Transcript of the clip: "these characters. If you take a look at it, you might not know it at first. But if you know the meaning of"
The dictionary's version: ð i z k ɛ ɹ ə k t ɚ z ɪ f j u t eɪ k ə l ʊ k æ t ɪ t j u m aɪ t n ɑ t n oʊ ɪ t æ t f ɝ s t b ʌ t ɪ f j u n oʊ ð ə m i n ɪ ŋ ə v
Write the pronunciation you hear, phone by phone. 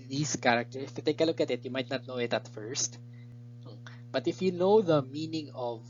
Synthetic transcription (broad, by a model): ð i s k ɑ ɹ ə k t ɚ ɪ f j u t eɪ k ə l ʊ k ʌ t ɪ t j u m aɪ t n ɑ t n oʊ ɪ t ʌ t f ɝ s t b ʌ t ɪ f j u n oʊ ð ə m i n ɪ ŋ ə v